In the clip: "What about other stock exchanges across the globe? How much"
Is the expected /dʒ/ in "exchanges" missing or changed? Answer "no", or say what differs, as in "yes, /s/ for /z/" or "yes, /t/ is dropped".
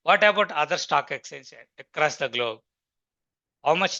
yes, /ʃ/ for /dʒ/